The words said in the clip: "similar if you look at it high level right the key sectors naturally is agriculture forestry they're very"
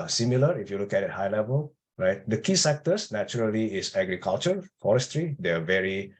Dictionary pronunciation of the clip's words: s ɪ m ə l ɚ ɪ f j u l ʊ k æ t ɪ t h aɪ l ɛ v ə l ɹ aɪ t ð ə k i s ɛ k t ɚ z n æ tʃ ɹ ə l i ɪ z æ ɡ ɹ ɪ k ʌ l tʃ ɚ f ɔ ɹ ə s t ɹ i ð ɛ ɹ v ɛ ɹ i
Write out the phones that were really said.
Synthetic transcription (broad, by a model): s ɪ m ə l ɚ ɪ f j u l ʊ k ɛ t ɪ t h aɪ l ɛ v ə l ɹ aɪ t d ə k i s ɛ k t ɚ s n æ tʃ ɹ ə l i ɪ s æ ɡ ɹ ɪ k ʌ l tʃ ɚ f ɔ ɹ ə s t ɹ i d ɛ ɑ v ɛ ɹ i